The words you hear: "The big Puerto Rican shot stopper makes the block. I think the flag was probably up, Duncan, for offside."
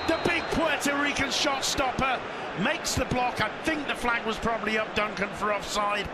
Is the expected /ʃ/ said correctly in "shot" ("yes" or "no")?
yes